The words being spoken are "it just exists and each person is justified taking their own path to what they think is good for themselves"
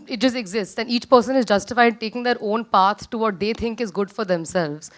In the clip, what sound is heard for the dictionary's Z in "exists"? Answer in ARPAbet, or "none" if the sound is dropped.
Z